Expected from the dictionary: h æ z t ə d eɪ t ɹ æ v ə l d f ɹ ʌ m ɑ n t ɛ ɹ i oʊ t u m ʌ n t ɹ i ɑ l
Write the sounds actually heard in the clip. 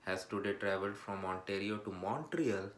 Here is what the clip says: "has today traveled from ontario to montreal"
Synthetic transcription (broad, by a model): h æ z t ə d eɪ t ɹ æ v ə l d f ɹ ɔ m ɑ n t ɛ ɹ i oʊ t u m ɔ n t ɹ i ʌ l